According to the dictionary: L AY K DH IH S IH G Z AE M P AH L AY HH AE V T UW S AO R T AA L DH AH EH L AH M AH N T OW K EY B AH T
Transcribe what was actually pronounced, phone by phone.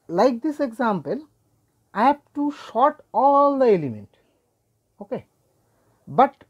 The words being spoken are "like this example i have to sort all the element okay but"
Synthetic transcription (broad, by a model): L AY K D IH S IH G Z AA M P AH L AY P T UW SH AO T AA L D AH EH L AH M AH N T OW K EY B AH T